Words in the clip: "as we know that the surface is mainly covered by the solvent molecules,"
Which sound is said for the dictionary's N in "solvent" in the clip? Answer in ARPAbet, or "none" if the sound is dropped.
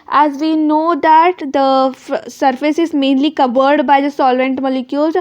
N